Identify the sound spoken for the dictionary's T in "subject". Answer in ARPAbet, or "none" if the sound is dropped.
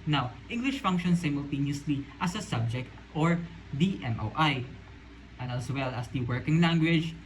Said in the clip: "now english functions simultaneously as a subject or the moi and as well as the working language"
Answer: T